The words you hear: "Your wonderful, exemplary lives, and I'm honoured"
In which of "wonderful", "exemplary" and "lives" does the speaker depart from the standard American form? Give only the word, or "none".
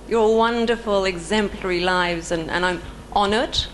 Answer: none